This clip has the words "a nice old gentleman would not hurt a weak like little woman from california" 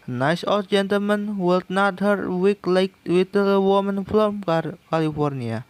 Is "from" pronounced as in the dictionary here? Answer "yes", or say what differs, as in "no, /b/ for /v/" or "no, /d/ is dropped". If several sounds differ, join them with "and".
no, /l/ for /ɹ/